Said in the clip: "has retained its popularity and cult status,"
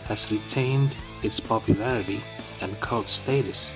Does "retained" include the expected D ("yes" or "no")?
yes